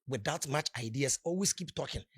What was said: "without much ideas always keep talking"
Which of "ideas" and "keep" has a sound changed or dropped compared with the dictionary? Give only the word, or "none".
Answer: ideas